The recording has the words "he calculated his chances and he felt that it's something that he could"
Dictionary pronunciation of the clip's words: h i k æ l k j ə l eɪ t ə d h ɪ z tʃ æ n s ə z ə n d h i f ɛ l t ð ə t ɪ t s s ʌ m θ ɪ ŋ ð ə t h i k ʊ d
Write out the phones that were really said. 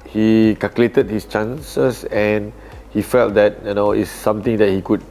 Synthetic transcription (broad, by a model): h i k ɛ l k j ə l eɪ t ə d h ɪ s tʃ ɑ n s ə s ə n h i f ɛ l t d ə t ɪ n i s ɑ m t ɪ ŋ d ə t h i k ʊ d